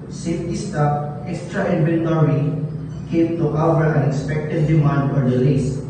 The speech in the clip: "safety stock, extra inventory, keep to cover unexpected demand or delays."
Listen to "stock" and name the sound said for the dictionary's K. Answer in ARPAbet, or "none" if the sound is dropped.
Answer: none